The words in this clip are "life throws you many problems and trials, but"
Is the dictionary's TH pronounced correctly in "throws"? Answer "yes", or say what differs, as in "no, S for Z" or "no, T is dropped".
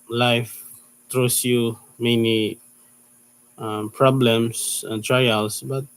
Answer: no, T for TH